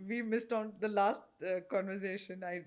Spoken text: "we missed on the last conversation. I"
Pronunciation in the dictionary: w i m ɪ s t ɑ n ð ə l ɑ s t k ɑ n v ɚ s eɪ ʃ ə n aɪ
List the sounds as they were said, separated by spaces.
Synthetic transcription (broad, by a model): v i m ɪ s t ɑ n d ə l ɑ s t k ɑ n v ɚ s eɪ ʃ ə n aɪ